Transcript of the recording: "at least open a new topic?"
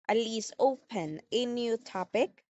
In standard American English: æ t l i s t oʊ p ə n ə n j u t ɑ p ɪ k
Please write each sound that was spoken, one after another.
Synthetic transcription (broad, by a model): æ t l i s oʊ p ə n ə n j u t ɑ p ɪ k